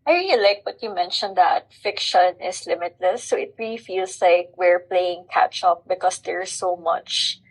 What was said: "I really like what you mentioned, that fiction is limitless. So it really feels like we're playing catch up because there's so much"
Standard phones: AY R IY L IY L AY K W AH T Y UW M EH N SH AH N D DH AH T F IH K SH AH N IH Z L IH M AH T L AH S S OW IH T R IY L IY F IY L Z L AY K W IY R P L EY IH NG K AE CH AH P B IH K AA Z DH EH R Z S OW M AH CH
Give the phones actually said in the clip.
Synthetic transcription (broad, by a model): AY R IY L IY L AY K W AH T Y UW M EH N SH AH N D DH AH T F IH K SH AH N IH S L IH M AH T L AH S S OW IH T R IY L IY F IY L S L AY K W IY R P L EY IH NG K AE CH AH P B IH K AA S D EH R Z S OW M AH CH